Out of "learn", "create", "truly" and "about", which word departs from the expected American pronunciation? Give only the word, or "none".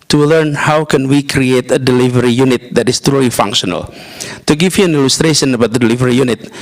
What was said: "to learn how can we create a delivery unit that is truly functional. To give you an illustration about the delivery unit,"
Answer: none